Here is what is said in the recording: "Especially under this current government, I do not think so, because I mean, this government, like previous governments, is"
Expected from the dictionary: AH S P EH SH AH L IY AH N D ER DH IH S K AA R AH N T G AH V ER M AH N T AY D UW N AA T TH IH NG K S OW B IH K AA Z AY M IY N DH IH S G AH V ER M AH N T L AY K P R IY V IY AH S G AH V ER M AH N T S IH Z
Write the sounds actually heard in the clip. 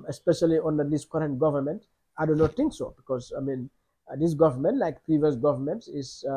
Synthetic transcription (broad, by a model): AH S P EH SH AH L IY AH N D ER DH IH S K AA R AH N T G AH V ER M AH N T AY D UW N AA T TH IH NG K S OW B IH K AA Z AY M IY N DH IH S G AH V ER M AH N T L AY K P R IY V IY AH S G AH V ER M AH N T IH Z